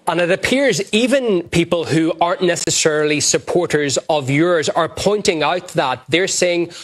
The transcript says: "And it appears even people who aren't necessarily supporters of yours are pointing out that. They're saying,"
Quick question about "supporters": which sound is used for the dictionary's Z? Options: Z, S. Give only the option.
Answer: Z